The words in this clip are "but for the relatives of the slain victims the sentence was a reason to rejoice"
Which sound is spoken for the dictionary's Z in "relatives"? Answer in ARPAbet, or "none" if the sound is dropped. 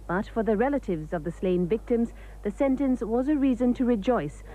Z